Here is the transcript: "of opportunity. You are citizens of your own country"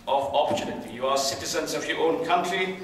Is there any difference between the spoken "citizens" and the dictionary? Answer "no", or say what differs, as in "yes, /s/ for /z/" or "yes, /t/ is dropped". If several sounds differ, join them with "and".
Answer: no